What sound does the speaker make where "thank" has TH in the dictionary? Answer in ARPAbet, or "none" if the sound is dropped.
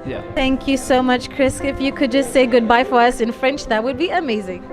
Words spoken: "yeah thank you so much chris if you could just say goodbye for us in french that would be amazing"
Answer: TH